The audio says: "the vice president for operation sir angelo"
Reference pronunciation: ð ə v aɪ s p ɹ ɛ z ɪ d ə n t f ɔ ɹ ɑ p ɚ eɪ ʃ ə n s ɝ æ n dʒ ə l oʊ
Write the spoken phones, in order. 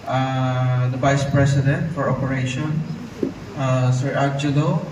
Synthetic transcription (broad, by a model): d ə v aɪ s p ɹ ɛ s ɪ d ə n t f ɔ ɹ ɑ p ɚ eɪ ʃ ə n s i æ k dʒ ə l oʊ